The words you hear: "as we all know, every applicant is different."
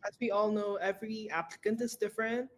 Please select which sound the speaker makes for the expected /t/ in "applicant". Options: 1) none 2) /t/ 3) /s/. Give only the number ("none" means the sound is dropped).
2